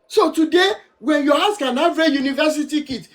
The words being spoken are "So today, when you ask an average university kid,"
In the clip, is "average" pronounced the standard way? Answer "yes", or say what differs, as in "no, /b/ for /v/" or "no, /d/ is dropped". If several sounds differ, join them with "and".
no, /v/ is dropped